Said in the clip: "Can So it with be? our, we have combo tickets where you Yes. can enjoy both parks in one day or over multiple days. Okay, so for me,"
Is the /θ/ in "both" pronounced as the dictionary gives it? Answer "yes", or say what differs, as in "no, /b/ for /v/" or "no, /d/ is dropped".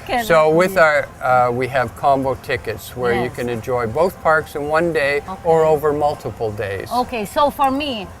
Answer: yes